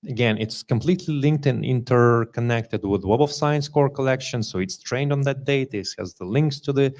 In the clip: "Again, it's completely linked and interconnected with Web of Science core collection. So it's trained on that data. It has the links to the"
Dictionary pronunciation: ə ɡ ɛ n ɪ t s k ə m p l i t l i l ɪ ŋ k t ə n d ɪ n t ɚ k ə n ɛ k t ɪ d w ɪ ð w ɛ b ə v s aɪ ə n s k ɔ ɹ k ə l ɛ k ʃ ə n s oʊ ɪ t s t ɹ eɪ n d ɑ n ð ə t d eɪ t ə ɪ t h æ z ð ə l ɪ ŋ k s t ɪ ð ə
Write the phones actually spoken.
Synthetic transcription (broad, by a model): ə ɡ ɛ n ɪ t s k ə m p l i t l i l ɪ ŋ k t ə n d ɪ n t ɚ k ə n ɛ k t ɪ d w ɪ ð w ɛ b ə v s aɪ ə n s k ɔ ɹ k ə l ɛ k ʃ ə n s oʊ ɪ t s t ɹ eɪ n d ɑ n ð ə t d eɪ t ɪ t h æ z ð ə l ɪ ŋ k s t ɪ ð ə